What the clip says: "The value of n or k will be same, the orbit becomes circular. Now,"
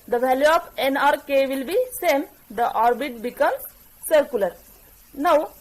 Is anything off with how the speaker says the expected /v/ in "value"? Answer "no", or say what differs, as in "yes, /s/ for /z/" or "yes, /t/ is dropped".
no